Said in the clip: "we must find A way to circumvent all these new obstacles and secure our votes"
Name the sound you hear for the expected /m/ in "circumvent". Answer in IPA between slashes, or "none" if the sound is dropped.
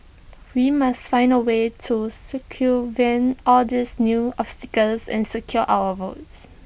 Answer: none